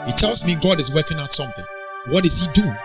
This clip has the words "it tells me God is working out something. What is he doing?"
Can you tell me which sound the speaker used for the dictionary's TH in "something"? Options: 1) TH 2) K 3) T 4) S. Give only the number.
1